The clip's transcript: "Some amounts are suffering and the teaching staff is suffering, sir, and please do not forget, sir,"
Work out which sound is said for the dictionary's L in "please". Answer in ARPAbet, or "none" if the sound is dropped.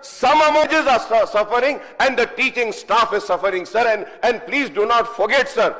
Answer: L